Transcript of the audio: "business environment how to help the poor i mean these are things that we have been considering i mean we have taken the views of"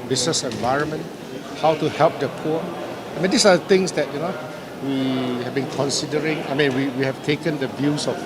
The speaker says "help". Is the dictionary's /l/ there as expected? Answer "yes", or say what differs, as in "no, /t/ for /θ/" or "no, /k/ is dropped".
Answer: yes